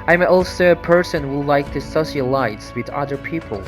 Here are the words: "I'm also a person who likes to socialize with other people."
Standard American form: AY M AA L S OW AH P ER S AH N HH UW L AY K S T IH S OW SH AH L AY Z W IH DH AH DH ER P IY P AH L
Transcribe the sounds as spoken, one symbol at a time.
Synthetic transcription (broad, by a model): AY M AA L S OW AH P ER S AH N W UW L AY K T IH S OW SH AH L AY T W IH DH AH DH ER P IY P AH L